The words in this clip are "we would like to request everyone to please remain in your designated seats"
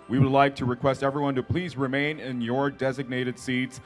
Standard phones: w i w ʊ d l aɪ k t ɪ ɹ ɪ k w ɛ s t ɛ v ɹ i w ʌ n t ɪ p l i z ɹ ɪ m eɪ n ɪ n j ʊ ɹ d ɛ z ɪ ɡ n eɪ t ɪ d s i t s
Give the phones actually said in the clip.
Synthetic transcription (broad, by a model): w i w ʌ d l aɪ k t ɪ ɹ ɪ k w ɛ s t ɛ v ɹ i w ʌ n t ɪ p l i z ɹ ɪ m eɪ n ɪ n j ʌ ɹ d ɛ z ɪ ɡ n eɪ t ɪ d s i t s